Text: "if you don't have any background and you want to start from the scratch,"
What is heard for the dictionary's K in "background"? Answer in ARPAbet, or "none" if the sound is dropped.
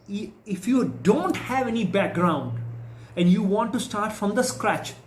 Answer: K